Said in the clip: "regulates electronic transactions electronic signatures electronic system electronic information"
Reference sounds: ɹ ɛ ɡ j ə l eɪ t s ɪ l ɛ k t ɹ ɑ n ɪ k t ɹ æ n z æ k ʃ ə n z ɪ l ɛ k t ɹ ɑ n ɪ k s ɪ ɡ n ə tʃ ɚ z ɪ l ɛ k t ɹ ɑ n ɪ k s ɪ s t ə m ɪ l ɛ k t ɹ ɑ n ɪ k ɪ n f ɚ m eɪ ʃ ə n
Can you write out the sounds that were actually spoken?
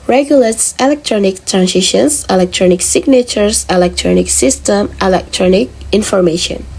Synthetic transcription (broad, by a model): ɹ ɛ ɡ j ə l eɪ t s ɪ l ɛ k t ɹ ɑ n ɪ k t ɹ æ n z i ʃ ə n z ɪ l ɛ k t ɹ ɑ n ɪ k s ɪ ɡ n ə tʃ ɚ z ɪ l ɛ k t ɹ ɑ n ɪ k s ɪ s t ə m ɪ l ɛ k t ɹ ɑ n ɪ k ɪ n f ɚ m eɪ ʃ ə n